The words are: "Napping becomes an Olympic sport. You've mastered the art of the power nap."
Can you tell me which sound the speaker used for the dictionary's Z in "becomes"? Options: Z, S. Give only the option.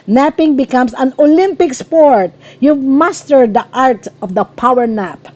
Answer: S